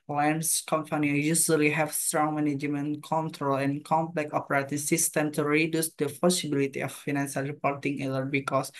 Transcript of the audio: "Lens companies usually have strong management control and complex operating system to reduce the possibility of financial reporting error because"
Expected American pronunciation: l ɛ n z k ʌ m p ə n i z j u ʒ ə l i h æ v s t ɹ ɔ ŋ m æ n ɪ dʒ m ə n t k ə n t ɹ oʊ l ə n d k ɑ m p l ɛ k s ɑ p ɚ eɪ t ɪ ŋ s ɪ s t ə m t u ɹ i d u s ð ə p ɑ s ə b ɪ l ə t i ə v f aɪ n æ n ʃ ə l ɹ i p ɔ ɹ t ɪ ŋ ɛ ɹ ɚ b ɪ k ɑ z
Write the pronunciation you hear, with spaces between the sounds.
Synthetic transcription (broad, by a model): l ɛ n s k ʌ m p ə n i j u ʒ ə l i h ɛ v s t ɹ ɔ ŋ m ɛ n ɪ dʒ m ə n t k ə n t ɹ oʊ l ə n k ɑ m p l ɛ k ɑ p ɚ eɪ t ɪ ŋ s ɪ s t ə m t u ɹ i d u s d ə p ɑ s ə b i l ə t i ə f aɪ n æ n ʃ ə l ɹ i p ɔ ɹ t ɪ ŋ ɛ l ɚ b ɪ k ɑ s